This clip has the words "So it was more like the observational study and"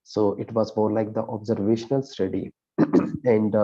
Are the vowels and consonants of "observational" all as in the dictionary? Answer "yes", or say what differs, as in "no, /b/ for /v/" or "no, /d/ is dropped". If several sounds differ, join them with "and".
yes